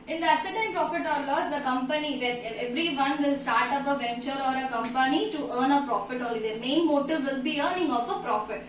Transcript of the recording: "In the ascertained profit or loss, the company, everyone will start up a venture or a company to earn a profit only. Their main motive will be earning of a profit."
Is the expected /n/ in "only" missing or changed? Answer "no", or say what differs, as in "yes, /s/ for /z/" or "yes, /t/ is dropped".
yes, /n/ is dropped